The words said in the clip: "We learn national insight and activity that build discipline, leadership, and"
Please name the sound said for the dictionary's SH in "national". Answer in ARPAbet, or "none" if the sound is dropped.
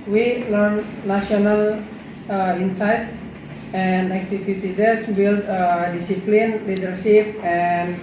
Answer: none